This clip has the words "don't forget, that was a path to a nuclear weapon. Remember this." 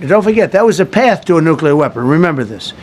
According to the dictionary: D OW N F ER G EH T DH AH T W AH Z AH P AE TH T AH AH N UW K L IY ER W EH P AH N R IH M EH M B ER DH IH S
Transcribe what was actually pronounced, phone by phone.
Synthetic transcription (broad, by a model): D OW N F ER G EH T DH AH T W AH Z AH P AE TH T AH AH N UW K L IY ER W EH P AH N R IH M EH M B ER DH IH S